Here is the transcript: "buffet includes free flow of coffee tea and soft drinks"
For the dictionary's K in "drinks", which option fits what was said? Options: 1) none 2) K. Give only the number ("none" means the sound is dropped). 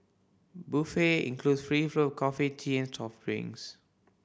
1